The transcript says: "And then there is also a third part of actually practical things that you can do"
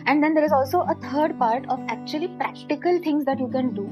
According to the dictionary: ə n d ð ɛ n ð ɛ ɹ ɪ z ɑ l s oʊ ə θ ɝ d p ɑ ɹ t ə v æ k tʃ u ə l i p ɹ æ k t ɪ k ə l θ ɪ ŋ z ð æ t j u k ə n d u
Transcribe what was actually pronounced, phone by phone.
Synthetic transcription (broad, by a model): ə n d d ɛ n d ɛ ɹ ɪ z ɑ l s oʊ ə t ɝ d p ɑ ɹ t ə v æ k tʃ u ə l i p ɹ æ k t ɪ k ə l t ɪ ŋ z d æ t j u k ə n d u